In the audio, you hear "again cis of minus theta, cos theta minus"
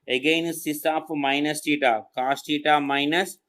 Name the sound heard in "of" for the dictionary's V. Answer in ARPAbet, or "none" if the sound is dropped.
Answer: P